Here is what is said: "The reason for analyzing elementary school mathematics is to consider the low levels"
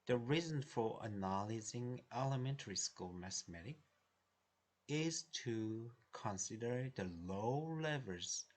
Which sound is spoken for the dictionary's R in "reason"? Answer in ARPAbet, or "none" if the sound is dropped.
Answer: R